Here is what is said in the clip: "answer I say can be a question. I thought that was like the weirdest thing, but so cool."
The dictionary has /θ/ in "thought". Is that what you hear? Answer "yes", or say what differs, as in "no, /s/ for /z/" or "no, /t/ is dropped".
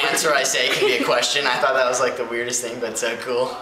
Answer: yes